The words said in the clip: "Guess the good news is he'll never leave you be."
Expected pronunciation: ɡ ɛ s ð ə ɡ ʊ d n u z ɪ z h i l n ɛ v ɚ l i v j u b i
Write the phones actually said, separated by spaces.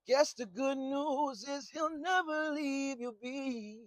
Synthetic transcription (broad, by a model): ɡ ɛ s ð ə ɡ ʊ d n u z ɪ z h i l n ɛ v ɚ l i v j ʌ b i